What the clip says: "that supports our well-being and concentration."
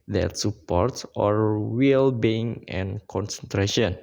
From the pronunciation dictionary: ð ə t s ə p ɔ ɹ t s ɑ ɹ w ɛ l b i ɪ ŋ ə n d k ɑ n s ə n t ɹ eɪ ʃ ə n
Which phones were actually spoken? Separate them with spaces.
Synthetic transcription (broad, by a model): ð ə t s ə p ɔ ɹ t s ɑ ɹ w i l b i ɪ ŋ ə n k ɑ n s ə n t ɹ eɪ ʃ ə n